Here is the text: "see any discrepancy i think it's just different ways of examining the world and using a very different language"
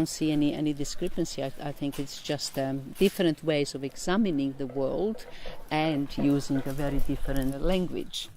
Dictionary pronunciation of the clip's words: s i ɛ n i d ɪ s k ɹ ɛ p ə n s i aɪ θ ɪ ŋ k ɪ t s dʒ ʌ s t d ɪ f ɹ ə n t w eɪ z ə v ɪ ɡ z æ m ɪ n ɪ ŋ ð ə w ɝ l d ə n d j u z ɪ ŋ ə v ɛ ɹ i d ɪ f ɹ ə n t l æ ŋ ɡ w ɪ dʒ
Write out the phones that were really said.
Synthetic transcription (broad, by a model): s i ɛ n i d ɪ s k ɹ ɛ p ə n s i aɪ θ ɪ ŋ k ɪ t s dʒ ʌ s t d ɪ f ɹ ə n t w eɪ z ə v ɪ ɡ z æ m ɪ n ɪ ŋ ð ə w ɝ l d ə n d j u z ɪ ŋ ə v ɛ ɹ i d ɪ f ɹ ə n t l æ ŋ ɡ w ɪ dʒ